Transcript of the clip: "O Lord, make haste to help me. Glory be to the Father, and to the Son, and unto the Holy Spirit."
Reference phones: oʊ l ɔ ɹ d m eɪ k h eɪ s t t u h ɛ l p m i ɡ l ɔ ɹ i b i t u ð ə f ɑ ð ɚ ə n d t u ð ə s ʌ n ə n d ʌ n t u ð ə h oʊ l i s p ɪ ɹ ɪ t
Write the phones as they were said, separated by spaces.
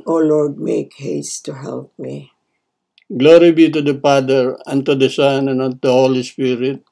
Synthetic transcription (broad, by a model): oʊ l ɔ ɹ d m eɪ k h eɪ s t t u h ɛ l p m i ɡ l ɔ ɹ i b i t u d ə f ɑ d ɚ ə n t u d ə s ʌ n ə n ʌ t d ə h oʊ l i s p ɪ ɹ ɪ t